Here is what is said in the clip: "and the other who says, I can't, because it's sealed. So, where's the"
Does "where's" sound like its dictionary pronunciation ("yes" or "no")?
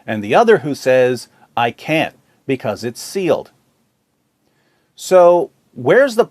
yes